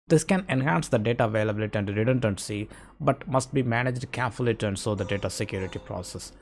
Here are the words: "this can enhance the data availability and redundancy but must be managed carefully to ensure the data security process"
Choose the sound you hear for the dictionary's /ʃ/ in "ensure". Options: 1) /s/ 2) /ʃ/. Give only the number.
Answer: 1